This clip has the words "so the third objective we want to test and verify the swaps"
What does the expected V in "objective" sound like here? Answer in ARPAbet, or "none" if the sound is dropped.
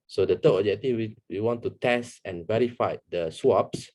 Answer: W